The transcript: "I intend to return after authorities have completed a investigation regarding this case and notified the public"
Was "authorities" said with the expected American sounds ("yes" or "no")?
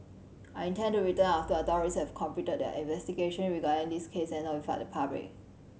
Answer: no